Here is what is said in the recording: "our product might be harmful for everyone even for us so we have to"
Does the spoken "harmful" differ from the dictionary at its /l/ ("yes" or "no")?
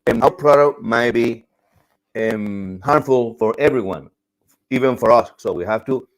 no